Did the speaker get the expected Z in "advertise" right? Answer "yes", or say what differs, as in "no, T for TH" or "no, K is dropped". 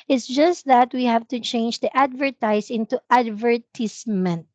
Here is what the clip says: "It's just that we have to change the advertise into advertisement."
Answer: no, S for Z